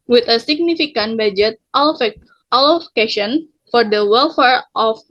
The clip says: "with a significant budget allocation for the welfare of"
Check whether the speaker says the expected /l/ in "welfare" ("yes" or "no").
yes